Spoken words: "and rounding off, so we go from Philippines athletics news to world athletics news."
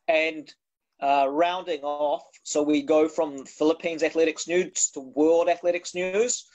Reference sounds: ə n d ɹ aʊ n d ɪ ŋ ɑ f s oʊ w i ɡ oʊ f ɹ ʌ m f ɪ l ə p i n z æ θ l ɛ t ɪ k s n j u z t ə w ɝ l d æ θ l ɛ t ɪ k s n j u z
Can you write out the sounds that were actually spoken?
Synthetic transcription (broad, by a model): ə n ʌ ɹ aʊ n d ɪ ŋ ɑ f s oʊ w i ɡ oʊ f ɹ ʌ m f ɪ l ə p i n z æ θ l ɛ t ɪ k s n j u z t ə w ɝ l d æ θ l ɛ t ɪ k s n j u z